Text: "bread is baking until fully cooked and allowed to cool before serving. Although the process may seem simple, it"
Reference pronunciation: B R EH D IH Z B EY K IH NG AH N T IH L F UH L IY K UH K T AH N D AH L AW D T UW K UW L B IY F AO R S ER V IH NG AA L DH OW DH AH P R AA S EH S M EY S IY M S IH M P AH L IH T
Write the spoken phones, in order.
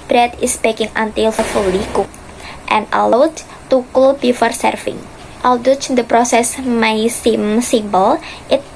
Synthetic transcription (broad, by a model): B R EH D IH S B EY K IH NG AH N T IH L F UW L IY K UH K T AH N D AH L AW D T UW K UW L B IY F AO R S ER F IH NG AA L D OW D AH P R AA S EH S M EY S IY M S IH M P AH L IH T